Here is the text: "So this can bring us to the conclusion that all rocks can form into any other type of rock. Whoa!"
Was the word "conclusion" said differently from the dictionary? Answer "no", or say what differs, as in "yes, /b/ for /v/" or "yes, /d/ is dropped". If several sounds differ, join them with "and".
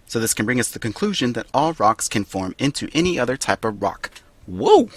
no